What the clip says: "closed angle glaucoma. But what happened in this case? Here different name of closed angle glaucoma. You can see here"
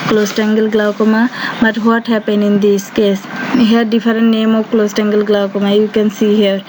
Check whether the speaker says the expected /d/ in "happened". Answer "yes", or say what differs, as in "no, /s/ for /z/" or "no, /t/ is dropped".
no, /d/ is dropped